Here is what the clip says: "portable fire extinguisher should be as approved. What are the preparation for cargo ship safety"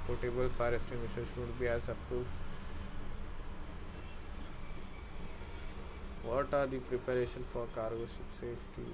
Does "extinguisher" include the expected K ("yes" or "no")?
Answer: no